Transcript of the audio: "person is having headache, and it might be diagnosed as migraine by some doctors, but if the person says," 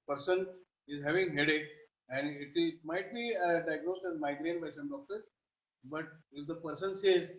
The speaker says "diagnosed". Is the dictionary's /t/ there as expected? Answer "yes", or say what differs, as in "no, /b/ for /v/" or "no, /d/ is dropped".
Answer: yes